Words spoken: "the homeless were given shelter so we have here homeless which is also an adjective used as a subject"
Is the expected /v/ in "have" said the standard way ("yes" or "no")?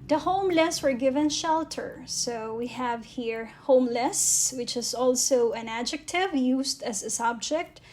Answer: yes